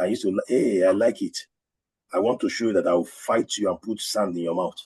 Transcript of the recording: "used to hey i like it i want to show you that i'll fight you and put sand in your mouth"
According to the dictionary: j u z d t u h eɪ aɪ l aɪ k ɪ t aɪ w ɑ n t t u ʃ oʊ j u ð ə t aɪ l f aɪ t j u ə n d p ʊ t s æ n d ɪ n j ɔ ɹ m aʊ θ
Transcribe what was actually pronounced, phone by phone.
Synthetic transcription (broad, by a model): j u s t u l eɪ aɪ l aɪ k ɪ t aɪ w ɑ n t t u ʃ oʊ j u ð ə t aɪ w f aɪ t j u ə n p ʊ t s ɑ n d ɪ n j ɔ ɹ m aʊ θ